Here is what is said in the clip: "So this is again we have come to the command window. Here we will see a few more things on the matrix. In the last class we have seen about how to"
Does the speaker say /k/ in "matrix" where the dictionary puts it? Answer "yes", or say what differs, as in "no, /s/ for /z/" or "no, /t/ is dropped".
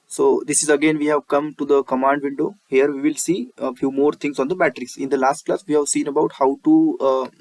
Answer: no, /k/ is dropped